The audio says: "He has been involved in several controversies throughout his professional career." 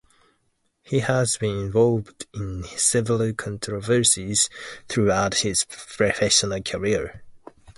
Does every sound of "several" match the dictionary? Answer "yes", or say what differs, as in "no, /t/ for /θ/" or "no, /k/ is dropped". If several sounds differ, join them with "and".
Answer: no, /ɹ/ is dropped